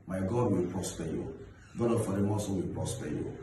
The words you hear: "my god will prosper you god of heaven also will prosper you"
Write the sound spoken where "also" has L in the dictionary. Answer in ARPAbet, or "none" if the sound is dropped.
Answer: none